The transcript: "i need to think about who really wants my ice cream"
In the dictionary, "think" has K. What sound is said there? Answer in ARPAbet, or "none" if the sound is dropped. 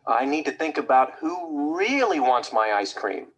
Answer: K